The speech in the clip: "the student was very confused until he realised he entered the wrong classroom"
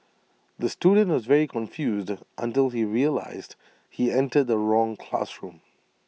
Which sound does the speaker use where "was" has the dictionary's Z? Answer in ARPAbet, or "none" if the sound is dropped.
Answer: Z